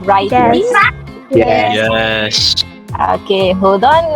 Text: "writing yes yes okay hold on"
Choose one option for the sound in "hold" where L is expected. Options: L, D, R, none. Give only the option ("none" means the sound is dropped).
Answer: none